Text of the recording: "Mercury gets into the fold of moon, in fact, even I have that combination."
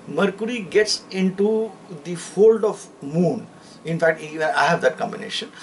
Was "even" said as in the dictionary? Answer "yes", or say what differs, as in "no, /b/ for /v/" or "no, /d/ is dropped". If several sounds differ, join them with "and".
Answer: no, /v/ is dropped